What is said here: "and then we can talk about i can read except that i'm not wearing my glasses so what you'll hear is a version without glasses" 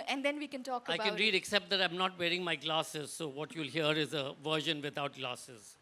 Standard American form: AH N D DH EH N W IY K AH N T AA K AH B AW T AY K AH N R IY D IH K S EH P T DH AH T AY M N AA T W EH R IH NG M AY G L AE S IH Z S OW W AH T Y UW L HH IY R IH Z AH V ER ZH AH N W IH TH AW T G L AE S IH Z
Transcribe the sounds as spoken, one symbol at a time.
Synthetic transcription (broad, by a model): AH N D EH N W IY K AH N T AA K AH IH AY K AH N R IY D IH K S EH P T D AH T AY M N AA T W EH R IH NG M AY G L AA S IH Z S OW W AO T Y UW L HH IY R IH Z AH V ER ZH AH N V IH T AW T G L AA S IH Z